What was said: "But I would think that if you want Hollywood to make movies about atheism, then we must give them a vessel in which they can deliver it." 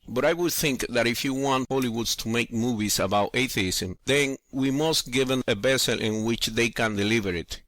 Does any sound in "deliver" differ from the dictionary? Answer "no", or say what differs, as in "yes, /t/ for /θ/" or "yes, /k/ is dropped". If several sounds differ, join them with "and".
no